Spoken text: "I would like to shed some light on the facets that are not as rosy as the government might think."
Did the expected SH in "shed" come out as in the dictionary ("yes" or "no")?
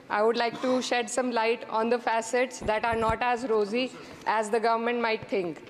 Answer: yes